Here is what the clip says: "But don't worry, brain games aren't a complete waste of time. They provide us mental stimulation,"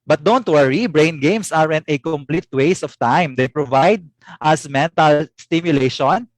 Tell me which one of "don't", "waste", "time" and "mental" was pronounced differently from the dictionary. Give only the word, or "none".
waste